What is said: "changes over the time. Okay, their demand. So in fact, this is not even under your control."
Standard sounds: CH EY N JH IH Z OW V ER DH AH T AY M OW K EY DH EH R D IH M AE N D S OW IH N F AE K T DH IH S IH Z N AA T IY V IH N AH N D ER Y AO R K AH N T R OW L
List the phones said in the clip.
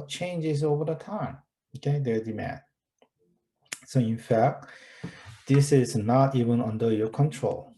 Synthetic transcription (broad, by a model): CH EY N JH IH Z OW V ER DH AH T AY M OW K EY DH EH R D IH M AE N D S OW IH N F AE K T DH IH S IH Z N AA T IY V IH N AH N D ER Y AO R K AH N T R OW L